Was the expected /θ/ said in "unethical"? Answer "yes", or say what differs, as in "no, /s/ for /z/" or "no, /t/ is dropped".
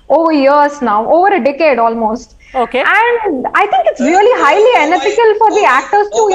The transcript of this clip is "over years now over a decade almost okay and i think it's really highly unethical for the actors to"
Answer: no, /f/ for /θ/